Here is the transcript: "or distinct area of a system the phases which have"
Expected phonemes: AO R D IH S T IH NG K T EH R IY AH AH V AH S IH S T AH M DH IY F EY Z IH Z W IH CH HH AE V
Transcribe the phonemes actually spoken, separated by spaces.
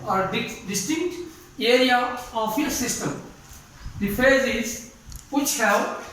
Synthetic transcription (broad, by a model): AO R D IH S T IH NG K T EH R IY AH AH F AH S IH S T AH M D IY F EY Z IH Z W IH CH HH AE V